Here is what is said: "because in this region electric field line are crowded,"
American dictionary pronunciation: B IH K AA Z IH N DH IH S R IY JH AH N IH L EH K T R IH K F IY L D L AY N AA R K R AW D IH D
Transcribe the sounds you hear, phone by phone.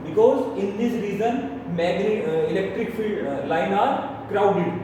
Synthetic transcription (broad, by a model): B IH K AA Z IH N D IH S R IY Z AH N IH L EH K T R IH K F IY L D L AY N AA R K R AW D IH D